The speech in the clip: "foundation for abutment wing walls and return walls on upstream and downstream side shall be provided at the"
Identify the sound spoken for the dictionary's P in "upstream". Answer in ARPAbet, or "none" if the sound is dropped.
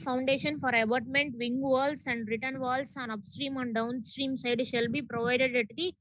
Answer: P